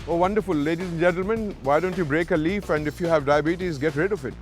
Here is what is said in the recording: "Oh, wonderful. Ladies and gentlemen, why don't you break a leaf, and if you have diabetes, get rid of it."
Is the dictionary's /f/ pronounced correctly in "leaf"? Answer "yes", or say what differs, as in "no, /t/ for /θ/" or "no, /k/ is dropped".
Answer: yes